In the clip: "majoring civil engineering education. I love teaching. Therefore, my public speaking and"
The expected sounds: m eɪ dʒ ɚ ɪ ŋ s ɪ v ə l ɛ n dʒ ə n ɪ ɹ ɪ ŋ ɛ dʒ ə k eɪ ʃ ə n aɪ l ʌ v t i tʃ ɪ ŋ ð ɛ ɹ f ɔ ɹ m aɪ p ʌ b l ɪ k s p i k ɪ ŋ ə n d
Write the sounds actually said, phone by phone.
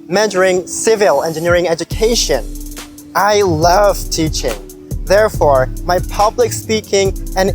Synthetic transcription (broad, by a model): m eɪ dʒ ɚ ɪ ŋ s ɪ v ə l ɛ n dʒ ə n ɪ ɹ ɪ ŋ ɛ dʒ ə k eɪ ʃ ə n aɪ l ʌ v t i tʃ ɪ ŋ ð ɛ ɹ f ɔ ɹ m aɪ p ʌ b l ɪ k s p i k ɪ ŋ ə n